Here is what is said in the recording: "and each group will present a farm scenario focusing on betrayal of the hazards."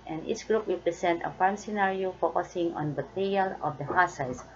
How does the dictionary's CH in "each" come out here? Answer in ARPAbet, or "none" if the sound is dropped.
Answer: S